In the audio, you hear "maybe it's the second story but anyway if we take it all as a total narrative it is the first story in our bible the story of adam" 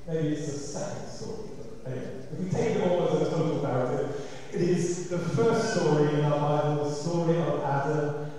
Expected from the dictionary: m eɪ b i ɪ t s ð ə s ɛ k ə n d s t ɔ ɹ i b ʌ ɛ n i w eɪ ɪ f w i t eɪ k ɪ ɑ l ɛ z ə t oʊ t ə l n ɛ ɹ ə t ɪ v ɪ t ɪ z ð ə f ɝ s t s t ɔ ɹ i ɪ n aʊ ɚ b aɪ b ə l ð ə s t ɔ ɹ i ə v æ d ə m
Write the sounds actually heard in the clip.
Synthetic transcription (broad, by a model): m eɪ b i ɪ t s ð ə s ɛ k ə n d s t ɔ ɹ i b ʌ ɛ i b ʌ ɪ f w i t eɪ k ɪ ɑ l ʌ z ə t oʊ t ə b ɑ ə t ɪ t ɪ t ɪ z ð ə f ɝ s t s t ɔ ɹ i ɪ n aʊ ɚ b aɪ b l ð ə s t ɔ ɹ i ə v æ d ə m